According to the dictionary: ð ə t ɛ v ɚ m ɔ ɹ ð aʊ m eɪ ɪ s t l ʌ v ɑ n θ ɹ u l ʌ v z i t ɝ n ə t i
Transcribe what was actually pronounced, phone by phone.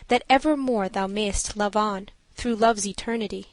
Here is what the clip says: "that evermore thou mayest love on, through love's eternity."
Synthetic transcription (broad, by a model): ð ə t ɛ v ɚ m ɔ ɹ ð aʊ m eɪ ɪ s t l ʌ v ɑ n θ ɹ u l ʌ v z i t ɝ n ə t i